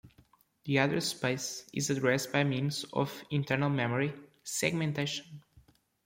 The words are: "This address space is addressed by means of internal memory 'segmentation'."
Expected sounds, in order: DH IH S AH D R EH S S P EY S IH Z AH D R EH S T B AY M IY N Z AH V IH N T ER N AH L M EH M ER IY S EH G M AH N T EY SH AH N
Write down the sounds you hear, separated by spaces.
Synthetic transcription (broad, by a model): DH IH AH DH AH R S P EY S IH Z AH D R EH S T B AY M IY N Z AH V IH N T ER N AH L M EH M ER IY S EH G M AH N T EY SH AH N